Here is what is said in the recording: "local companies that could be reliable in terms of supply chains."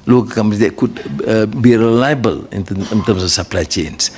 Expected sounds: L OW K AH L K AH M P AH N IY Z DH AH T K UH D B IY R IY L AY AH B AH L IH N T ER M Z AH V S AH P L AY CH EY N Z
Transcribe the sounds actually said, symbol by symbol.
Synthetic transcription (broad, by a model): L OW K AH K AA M AH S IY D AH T K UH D B IY R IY L AY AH B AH L IH N T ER M S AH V S AH P L AY CH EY N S